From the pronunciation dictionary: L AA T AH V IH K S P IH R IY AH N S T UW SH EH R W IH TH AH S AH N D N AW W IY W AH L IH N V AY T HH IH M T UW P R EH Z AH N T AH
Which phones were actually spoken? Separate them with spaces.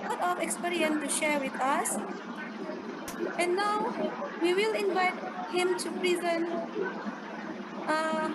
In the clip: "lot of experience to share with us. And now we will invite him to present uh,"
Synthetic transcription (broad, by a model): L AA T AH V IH K S P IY R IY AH N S T UW SH EH R W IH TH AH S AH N N AW W IY W AH L IH N V AY T HH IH M T UW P R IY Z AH N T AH